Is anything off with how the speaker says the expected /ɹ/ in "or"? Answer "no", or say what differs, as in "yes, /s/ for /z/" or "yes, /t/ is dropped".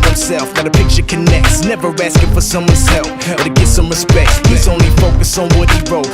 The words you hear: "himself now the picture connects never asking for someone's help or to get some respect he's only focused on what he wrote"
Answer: yes, /l/ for /ɹ/